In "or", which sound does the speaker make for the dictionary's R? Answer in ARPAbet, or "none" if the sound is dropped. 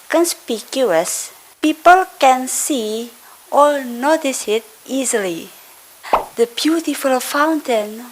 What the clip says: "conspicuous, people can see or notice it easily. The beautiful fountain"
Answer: L